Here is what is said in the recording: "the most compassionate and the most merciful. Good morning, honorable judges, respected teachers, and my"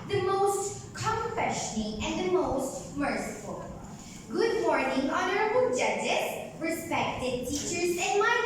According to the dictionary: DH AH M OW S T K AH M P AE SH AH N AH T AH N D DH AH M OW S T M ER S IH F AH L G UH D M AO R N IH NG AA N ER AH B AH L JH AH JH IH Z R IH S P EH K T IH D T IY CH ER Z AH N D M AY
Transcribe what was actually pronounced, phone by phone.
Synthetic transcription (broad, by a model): DH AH M OW S T K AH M F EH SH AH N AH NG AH N DH AH M OW S T M ER S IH F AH L G UH D M AO R N IH NG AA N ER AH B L JH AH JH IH S R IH S P EH K T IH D T IY CH ER Z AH N M AY